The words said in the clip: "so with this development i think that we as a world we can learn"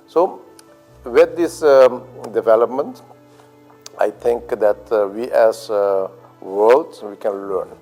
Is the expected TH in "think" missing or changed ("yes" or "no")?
yes